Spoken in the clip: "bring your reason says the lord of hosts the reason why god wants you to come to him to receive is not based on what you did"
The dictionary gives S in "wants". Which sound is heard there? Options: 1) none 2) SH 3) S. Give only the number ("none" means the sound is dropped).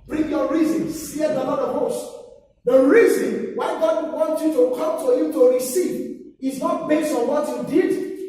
1